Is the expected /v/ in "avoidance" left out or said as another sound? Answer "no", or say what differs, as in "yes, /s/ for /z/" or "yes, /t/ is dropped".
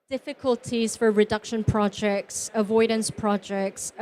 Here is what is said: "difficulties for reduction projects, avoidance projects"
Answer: no